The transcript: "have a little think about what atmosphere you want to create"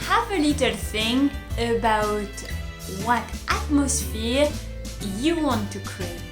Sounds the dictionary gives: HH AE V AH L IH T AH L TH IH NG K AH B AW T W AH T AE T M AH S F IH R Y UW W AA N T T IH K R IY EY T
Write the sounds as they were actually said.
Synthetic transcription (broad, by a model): HH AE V AH L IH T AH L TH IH NG AH B AW T W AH T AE T M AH S F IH R Y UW W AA N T T IH K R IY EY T